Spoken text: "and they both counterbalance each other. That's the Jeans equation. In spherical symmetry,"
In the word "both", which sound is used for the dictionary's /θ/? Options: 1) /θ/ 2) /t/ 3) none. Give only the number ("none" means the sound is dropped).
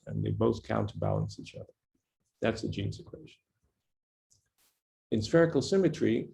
1